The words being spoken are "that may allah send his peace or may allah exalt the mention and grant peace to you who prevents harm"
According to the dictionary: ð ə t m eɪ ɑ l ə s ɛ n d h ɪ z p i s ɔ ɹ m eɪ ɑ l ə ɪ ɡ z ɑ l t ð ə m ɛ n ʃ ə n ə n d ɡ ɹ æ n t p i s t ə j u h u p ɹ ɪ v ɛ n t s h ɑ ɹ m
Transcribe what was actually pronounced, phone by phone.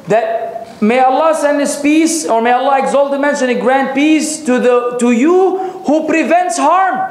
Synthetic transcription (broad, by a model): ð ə t m eɪ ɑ l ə s ɛ n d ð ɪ s p i s ɔ ɹ m eɪ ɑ l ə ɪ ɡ z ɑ l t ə m ɛ n ʃ ə n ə ɡ ɹ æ n p i s t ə j u h u p ɹ ɪ v ɛ n t s h ɑ ɹ m